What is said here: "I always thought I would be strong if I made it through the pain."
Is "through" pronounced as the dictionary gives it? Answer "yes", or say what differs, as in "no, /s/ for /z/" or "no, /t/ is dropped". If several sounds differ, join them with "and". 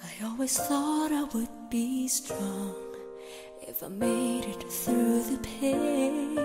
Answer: yes